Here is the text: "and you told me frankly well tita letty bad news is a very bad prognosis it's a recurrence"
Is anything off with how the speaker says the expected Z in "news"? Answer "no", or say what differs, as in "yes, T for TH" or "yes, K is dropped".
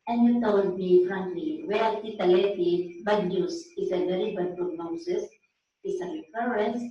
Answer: yes, S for Z